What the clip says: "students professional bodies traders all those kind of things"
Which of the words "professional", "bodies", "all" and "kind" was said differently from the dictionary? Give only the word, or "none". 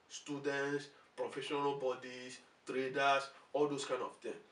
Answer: bodies